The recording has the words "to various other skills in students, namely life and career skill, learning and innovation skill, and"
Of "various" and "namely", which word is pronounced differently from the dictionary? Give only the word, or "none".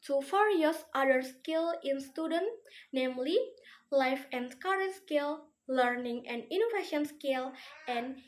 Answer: various